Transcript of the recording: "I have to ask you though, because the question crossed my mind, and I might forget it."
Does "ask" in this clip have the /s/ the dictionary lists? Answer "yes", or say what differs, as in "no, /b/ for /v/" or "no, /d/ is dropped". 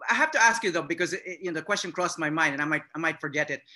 yes